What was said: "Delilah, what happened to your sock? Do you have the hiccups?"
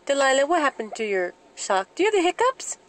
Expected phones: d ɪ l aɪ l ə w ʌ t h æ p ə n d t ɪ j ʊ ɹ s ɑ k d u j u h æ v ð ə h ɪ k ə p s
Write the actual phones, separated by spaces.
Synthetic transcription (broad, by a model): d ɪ l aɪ l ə w ʌ t h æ p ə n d t ɪ j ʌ ɹ ʃ ɑ k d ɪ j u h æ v ð ə h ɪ k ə p s